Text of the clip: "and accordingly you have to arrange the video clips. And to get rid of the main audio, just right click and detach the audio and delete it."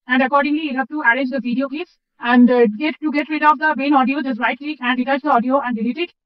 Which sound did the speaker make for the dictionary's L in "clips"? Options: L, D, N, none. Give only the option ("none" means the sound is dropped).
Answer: none